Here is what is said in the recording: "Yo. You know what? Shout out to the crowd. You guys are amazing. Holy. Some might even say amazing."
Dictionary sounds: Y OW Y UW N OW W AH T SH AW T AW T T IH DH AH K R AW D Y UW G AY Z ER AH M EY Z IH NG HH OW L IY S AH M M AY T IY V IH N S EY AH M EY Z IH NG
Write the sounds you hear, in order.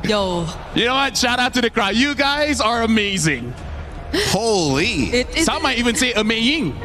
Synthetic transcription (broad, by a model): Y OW Y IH N OW W AH T SH AW T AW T T IH DH AH K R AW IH Y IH G AY Z ER AH M EY Z IH NG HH OW L IY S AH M M AY T IY V IH N S EY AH M EY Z IH NG